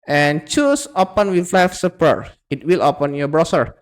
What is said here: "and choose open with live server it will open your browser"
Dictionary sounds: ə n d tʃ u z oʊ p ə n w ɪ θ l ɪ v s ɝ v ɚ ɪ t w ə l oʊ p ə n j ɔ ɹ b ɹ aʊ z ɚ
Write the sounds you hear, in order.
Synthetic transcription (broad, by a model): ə n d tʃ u s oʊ p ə n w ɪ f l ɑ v s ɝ p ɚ ɪ t w ə l oʊ p ə n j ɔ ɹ b ɹ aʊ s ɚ